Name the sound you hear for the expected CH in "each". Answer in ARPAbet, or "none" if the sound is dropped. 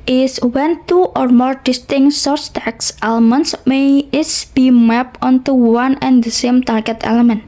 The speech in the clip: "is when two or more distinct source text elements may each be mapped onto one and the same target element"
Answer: S